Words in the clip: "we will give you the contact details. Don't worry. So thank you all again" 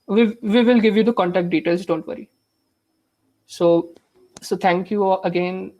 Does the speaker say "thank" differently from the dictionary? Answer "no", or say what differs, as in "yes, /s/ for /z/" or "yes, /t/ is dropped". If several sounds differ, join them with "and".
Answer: yes, /t/ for /θ/